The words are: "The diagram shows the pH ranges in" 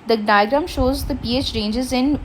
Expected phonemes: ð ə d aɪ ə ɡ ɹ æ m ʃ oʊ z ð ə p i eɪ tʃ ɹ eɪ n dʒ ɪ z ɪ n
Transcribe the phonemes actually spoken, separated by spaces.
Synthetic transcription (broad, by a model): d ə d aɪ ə ɡ ɹ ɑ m ʃ oʊ z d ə p i eɪ tʃ ɹ eɪ n dʒ ɪ z ɪ n